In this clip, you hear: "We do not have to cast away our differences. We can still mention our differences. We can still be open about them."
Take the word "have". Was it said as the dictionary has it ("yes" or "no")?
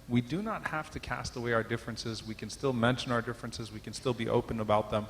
no